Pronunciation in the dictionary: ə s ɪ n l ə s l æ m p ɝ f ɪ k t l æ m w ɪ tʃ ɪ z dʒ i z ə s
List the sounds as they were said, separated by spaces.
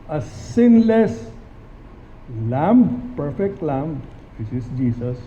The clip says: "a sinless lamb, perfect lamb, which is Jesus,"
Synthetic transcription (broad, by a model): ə s ɪ n l ə s l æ m p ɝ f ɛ k t l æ m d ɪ s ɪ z dʒ i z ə s